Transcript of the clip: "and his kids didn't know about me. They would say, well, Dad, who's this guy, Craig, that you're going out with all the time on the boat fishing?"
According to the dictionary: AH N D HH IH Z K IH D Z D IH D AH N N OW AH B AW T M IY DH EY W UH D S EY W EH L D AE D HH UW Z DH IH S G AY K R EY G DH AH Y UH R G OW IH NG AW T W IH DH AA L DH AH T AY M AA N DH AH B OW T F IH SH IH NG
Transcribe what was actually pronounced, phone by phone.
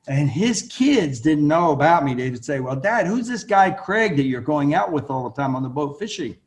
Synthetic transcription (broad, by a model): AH N IH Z K IH D Z D IH D N N OW AH B AW T M IY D EY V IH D S EY W EH L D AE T HH UW Z DH IH S G AY K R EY G DH AH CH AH R G OW IH NG AW T W IH DH AA L DH AH T AY M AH N DH AH B OW T F IH SH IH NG